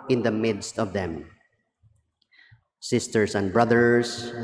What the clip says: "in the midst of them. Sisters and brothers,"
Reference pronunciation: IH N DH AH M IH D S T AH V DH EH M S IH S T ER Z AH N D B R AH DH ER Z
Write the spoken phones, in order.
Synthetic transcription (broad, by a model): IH N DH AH M IH D S T AH V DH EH M S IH S T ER S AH N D B R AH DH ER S